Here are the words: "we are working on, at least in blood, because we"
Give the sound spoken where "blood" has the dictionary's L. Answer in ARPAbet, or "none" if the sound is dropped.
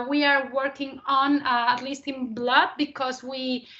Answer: L